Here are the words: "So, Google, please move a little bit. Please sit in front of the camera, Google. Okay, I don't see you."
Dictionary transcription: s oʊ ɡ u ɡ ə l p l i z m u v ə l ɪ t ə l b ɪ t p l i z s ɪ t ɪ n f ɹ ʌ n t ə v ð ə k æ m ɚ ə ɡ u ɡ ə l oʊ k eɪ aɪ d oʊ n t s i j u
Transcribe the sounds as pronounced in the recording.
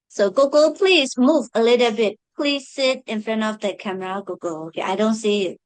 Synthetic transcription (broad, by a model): s oʊ ɡ u ɡ ə l p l i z m u v ə l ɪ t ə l b ɪ t p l i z s ɪ t ɪ n f ɹ ʌ n t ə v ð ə k æ m ɚ ə ɡ u ɡ ə l oʊ k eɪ aɪ d oʊ n t s i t